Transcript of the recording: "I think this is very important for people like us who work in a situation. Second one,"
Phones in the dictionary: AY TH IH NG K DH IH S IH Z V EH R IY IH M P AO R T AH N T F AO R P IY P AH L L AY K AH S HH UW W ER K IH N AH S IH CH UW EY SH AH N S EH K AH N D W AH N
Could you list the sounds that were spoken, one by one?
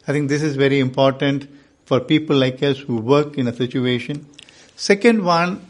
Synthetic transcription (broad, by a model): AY T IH NG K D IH S IH Z V EH R IY IH M P AO R T AH N T F AO R P IY P AH L L AY K AH S HH UW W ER K IH N AH S IH CH UW EY SH AH N S EH K AH N D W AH N